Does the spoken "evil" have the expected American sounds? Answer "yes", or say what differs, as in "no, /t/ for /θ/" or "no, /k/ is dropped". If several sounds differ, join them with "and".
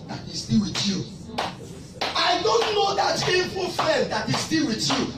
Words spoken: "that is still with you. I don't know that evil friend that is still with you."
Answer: no, /f/ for /v/